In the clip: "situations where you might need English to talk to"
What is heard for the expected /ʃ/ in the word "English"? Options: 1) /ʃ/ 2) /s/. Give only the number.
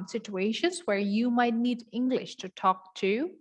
1